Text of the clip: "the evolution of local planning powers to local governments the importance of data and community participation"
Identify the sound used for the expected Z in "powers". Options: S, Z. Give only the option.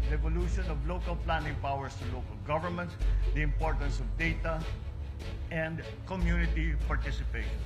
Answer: S